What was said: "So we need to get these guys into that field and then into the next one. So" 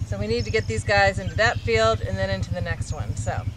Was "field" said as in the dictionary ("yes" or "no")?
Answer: yes